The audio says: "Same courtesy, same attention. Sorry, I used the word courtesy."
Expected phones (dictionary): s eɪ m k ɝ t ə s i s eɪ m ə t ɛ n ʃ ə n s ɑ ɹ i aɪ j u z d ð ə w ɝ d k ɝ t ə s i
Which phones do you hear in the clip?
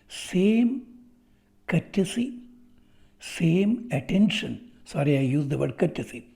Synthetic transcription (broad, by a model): s eɪ m k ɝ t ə s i s eɪ m ə t ɛ n ʃ ə n s ɑ ɹ i aɪ j u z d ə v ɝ d k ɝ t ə s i